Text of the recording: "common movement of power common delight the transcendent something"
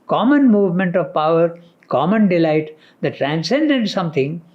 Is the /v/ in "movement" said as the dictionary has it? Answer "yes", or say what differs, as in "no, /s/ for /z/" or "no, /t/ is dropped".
yes